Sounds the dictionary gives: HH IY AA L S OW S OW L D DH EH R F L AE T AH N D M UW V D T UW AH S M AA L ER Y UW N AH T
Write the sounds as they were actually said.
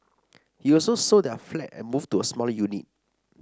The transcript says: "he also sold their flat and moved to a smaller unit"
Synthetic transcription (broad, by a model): HH IY AA L S OW S OW D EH F L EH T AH N M UW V T UW AH S M AA L Y UW N AH T